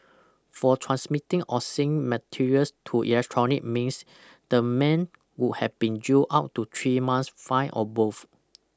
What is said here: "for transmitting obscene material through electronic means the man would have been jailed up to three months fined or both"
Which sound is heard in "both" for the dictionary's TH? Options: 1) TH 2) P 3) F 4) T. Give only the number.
3